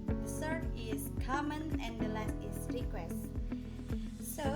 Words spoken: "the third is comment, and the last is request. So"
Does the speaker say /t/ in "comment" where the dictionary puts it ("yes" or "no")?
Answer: no